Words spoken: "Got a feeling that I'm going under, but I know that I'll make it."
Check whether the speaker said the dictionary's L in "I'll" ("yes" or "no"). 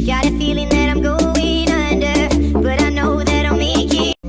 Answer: no